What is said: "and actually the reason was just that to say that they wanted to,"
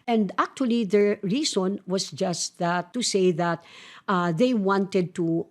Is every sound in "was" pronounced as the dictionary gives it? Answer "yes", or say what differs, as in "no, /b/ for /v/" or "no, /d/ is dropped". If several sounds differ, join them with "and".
no, /s/ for /z/